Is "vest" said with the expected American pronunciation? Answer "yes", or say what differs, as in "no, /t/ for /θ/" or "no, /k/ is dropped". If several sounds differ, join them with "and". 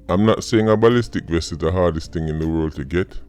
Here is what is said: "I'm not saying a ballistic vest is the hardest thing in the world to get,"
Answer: no, /t/ is dropped